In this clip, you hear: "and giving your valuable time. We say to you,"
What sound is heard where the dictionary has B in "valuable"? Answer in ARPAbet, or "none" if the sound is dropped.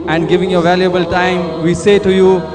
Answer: B